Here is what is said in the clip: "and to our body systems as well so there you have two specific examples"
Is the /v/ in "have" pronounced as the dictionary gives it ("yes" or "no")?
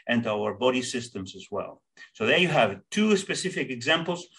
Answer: yes